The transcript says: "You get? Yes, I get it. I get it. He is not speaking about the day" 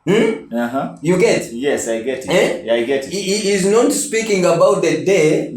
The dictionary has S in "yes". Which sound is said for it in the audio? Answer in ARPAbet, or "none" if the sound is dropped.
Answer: S